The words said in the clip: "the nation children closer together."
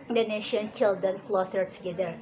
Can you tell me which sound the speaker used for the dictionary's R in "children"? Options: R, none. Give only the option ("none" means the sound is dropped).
none